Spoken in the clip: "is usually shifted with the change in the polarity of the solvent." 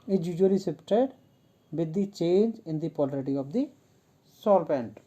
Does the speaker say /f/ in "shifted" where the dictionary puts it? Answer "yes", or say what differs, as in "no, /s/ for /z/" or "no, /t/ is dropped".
no, /p/ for /f/